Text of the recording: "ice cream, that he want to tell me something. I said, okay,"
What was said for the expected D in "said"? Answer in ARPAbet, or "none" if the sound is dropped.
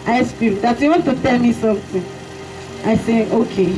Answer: none